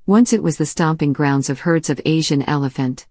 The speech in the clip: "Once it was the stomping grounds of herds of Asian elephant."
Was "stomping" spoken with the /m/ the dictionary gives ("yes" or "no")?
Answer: yes